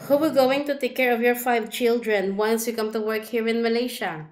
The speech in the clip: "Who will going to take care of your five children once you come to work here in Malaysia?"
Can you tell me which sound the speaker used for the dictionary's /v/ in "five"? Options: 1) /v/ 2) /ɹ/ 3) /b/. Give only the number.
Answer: 1